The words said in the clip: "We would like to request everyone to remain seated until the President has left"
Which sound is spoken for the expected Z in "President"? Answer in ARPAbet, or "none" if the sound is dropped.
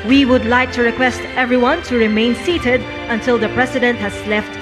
S